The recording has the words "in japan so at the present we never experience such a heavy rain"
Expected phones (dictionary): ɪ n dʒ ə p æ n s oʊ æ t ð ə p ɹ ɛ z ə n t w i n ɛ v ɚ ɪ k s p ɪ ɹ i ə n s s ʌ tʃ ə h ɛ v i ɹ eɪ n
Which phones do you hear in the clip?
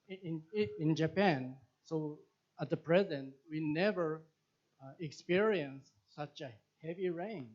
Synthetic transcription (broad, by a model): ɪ n dʒ ə p æ n s oʊ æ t ð ə p ɹ ɛ z ə n t w i n ɛ v ɚ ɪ k s p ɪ ɹ i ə n s s ʌ tʃ ə h ɛ v i ɹ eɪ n